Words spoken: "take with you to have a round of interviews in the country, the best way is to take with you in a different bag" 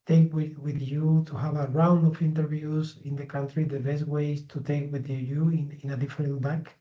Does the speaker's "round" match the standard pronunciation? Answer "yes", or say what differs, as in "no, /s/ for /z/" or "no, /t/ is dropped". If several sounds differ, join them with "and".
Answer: yes